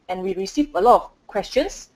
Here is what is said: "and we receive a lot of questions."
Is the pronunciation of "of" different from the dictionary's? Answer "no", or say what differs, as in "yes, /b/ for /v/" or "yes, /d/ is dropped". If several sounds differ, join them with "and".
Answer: yes, /f/ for /v/